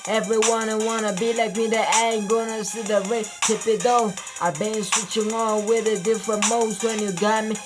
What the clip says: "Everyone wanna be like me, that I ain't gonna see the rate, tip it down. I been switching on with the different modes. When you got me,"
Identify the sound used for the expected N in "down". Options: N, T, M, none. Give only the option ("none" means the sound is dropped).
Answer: none